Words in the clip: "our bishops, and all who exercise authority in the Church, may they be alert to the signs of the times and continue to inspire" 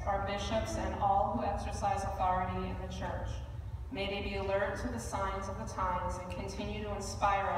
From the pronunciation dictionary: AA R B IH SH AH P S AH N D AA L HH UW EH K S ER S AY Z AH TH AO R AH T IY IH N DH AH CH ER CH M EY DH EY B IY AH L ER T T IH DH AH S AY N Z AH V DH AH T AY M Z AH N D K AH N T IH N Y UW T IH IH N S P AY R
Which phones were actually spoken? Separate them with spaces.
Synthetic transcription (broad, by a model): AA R B IH SH AH P S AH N AA L HH UW EH K S ER S AY Z AH TH AO R AH T IY IH N DH AH CH ER CH M EY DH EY B IY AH L ER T T IH DH AH S AY N Z AH V DH AH T AY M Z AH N K AH N T IH N Y UW T IH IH N S P AY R